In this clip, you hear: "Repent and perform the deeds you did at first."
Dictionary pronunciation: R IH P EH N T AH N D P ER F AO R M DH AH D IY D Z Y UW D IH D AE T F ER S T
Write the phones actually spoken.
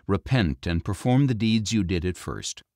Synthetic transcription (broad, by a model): R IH P EH N T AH N P ER F AO R M DH AH D IY D Z Y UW D IH D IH T F ER S T